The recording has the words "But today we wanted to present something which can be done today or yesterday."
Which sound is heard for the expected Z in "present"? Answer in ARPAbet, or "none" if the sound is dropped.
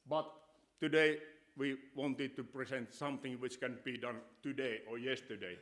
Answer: S